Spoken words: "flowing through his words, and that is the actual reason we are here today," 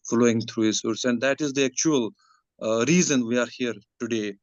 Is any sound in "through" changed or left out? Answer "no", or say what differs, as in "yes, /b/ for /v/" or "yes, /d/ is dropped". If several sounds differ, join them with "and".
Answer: yes, /t/ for /θ/